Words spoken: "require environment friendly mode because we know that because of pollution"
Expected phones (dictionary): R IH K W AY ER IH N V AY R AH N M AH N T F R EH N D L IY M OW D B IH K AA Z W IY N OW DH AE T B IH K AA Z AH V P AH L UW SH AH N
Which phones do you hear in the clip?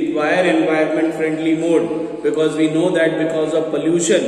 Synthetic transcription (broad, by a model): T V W AY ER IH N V AY AH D M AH N T F R EH N D L IY M OW D B IH K AA Z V IY N OW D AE T B IH K AA Z AH V P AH L UW SH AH N